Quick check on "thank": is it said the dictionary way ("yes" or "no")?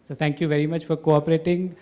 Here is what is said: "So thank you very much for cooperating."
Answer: no